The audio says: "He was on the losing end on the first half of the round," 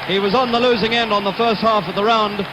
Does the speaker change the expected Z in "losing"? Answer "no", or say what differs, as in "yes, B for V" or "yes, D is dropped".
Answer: no